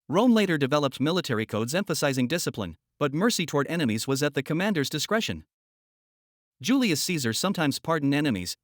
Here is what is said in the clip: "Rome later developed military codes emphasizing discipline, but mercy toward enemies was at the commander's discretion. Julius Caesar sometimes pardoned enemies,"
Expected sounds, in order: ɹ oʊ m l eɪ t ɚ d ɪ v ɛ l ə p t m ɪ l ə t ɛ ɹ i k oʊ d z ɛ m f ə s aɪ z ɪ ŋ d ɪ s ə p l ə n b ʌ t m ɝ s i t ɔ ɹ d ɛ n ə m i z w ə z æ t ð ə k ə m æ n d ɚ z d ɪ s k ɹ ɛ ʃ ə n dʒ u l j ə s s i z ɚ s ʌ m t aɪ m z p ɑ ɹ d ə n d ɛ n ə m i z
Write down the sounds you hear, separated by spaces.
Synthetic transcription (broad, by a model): ɹ oʊ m l eɪ t ɚ d ɪ v ɛ l ə p t m ɪ l ə t ɛ ɹ i k oʊ d z ɛ m f ə s aɪ z ɪ ŋ d ɪ s ə p l ə n b ʌ t m ɝ s i t ɔ ɹ d ɛ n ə m i z w ə z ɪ t ð ə k ə m æ n d ɚ z d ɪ s k ɹ ɛ ʃ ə n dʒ u l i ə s s i z ɚ s ʌ m t aɪ m z p ɑ ɹ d n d ɛ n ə m i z